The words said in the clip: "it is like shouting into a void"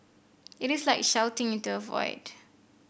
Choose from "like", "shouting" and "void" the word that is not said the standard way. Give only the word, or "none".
none